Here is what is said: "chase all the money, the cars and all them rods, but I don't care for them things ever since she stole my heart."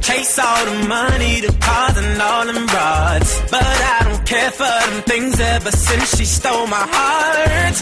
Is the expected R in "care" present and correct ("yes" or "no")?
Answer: yes